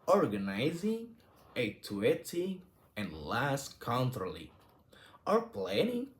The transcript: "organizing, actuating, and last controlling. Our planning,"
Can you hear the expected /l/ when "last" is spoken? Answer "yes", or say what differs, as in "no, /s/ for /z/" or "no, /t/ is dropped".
yes